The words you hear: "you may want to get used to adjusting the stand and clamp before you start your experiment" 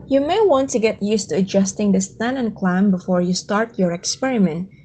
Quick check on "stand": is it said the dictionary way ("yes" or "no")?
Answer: no